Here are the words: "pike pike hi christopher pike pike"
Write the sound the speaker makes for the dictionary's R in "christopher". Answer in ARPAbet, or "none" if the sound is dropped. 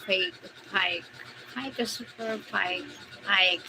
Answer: none